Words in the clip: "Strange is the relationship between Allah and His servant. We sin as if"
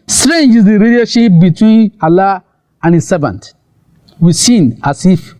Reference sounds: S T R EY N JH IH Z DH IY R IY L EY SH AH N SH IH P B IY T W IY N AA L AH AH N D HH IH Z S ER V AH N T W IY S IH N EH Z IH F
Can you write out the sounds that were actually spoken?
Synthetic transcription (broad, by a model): S T R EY N JH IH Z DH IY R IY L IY AH SH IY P B IY T W IY N AA L AH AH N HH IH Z S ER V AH N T W IY S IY N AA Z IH F